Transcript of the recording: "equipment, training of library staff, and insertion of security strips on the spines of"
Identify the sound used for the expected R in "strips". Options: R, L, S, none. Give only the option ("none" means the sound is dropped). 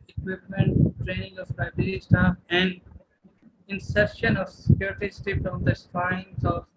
none